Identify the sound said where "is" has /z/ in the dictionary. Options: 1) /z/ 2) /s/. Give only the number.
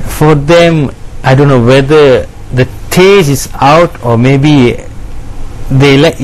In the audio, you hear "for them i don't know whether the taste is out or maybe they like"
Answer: 2